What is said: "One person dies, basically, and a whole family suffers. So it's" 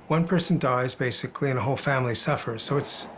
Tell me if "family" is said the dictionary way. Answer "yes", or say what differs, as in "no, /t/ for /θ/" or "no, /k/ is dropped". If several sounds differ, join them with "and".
yes